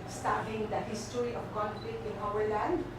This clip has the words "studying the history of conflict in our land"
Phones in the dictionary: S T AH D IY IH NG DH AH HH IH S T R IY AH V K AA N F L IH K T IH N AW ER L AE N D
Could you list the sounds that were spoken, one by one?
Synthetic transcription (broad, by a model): S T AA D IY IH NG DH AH HH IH S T R IY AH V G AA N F IH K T IH N AW ER L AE N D